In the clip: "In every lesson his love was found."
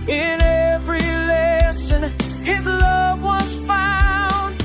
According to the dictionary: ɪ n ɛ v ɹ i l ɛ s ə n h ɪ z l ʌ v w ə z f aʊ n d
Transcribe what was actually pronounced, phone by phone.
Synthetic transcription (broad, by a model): ɪ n ɛ v ɹ i l ɛ s ə n ɪ z l ʌ v w ə z f aʊ n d